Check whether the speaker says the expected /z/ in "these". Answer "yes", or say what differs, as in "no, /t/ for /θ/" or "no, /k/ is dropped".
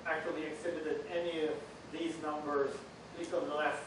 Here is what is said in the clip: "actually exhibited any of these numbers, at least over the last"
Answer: yes